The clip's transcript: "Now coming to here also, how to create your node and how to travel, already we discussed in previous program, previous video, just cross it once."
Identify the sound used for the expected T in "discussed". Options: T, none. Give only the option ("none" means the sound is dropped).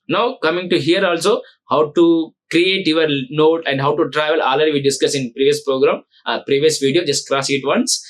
none